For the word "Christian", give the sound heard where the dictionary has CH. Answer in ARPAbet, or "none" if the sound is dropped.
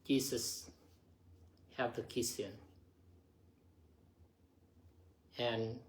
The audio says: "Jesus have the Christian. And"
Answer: none